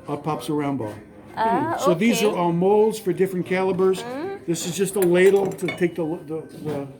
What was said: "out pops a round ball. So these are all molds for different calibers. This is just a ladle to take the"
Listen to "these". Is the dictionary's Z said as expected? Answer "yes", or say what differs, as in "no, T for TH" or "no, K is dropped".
yes